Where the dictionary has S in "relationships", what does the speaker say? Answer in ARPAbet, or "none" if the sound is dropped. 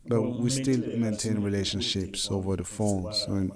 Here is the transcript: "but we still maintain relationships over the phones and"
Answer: S